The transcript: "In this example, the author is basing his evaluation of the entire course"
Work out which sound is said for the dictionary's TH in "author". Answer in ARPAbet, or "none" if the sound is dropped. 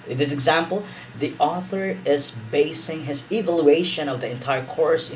TH